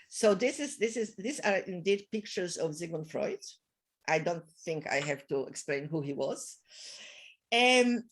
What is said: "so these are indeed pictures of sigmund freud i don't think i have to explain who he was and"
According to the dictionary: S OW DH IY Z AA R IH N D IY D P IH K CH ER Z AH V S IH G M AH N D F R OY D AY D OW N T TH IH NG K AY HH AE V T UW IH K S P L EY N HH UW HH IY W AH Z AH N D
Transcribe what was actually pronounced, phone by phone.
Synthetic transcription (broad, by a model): S OW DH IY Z AA R IH N D IY D P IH K CH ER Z AH V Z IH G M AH N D F R OY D AY D OW N T TH IH NG K AY HH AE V T UW IH K S P L EY N HH UW HH IY W AH Z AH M